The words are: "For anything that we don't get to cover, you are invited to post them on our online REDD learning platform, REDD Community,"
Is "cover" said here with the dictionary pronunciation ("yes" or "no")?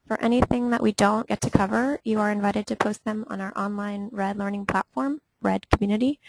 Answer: yes